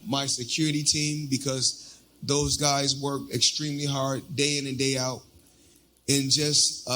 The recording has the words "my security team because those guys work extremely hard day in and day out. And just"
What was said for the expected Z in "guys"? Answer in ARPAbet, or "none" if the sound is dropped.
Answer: Z